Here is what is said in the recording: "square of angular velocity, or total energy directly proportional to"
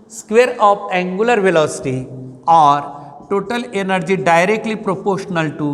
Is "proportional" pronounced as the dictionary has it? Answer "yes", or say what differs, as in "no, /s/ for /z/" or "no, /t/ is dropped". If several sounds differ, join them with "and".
yes